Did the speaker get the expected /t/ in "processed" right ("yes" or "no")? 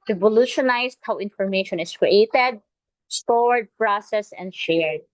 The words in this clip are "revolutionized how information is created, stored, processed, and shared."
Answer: no